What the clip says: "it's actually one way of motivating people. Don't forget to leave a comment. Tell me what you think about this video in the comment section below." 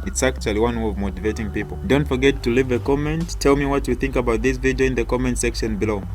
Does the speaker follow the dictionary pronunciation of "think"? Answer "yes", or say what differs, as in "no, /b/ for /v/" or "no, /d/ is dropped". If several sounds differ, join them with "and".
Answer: yes